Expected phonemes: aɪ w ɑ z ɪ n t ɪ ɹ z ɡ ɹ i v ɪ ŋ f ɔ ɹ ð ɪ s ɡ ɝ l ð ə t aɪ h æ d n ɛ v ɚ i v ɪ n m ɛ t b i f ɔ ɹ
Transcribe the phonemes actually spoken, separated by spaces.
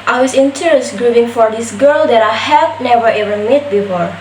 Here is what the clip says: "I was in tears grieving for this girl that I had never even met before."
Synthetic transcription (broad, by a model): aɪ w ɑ s ɪ n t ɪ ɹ s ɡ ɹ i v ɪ ŋ f ɔ ɹ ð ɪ s ɡ ɝ l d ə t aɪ h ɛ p n ɛ v ɚ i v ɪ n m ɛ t b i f ɔ ɹ